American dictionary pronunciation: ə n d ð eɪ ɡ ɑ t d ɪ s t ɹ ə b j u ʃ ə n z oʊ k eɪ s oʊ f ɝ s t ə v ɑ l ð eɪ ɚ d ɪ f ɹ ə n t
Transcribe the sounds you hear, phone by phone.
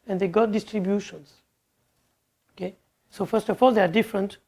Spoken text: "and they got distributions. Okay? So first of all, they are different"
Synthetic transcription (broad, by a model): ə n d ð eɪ ɡ ɑ t d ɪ s t ɹ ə b j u ʃ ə n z oʊ k eɪ s oʊ f ɝ s t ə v ɑ l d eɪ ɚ d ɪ f ɹ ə n t